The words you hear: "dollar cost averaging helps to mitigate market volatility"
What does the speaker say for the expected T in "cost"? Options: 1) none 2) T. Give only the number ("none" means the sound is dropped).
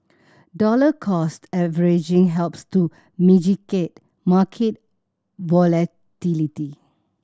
2